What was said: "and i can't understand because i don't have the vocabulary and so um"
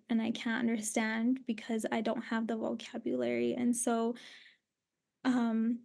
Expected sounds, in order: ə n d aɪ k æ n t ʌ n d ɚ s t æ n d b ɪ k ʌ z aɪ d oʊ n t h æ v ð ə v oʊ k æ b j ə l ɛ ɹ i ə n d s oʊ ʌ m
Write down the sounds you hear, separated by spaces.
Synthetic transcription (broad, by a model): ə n aɪ k æ n t ʌ n d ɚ s t æ n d b ɪ k ʌ z aɪ d oʊ n t h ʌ v ð ə v oʊ k æ b j ə l ɛ ɹ i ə n s oʊ ʌ m